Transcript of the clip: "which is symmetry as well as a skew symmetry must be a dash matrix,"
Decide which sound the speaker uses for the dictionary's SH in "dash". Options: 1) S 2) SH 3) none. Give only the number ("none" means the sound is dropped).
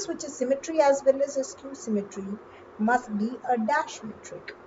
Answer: 2